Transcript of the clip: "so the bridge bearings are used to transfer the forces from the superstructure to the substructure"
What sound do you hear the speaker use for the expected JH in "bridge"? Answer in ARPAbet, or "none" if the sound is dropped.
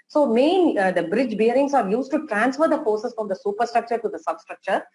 JH